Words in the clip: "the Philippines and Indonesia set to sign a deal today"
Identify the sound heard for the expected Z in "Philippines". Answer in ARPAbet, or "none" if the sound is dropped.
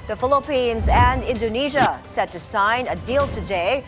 Z